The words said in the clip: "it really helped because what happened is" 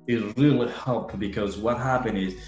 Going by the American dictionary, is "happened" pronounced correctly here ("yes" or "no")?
no